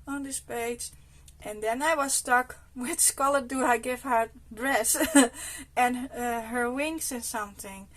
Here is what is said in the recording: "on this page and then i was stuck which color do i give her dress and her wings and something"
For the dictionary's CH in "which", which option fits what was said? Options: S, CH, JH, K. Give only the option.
S